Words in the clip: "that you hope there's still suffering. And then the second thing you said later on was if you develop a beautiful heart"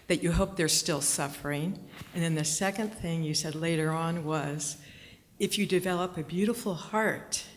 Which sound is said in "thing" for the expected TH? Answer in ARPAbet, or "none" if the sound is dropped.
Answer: TH